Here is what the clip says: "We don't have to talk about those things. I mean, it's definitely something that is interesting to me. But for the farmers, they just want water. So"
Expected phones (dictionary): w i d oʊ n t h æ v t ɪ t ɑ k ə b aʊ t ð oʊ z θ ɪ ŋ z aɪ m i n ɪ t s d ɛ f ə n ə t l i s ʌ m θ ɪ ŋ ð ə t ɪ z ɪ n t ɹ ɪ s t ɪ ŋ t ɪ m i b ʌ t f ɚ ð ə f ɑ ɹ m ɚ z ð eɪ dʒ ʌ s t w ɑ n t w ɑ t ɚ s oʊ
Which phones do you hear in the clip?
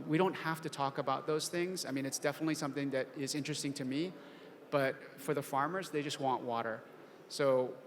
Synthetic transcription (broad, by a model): w i d oʊ n t h æ f t ɪ t ɑ k ə b aʊ t ð oʊ z θ ɪ ŋ z aɪ m i n ɪ t s d ɛ f ə n ə t l i s ʌ m θ ɪ ŋ ð ə t ɪ z ɪ n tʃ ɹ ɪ s t ɪ ŋ t ɪ m i b ʌ t f ɚ ð ə f ɑ ɹ m ɚ z ð eɪ dʒ ʌ s t w ɑ n t w ɑ t ɚ s oʊ